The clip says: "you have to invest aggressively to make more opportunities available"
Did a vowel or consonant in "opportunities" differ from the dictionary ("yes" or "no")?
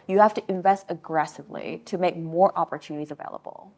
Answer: no